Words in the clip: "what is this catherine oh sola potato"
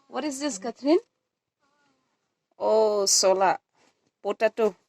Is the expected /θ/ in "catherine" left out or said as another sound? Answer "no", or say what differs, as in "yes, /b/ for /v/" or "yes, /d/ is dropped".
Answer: yes, /t/ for /θ/